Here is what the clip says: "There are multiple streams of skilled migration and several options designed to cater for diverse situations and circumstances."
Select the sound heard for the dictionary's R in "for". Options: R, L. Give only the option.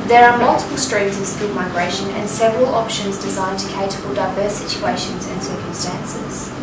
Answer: L